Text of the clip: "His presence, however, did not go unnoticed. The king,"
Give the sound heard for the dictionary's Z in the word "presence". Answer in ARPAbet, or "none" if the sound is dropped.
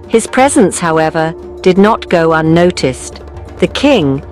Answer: Z